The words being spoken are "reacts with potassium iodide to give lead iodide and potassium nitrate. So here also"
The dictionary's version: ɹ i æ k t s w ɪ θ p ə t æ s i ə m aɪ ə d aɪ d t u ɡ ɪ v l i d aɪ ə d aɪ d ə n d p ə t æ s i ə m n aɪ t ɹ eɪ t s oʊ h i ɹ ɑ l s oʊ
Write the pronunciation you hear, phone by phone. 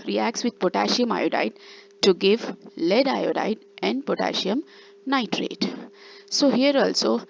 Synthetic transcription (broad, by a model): ɹ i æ k t s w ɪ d p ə t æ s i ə m aɪ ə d aɪ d t u ɡ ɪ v l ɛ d aɪ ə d aɪ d ə n d p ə t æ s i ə m n aɪ t ɹ eɪ t s oʊ h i ɹ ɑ l s oʊ